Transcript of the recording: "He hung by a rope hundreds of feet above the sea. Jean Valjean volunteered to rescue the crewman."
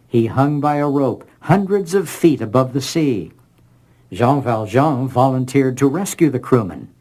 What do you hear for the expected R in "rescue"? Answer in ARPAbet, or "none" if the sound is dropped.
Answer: R